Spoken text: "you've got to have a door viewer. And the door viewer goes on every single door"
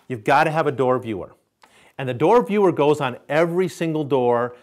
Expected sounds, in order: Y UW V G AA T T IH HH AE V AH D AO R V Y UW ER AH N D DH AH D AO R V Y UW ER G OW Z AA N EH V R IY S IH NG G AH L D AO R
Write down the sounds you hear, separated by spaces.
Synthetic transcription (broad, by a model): Y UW V G AA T T IH V AH D AO R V Y UW ER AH N DH AH D AO R V Y UW ER G OW Z N EH V R IY S IH NG G L D AO R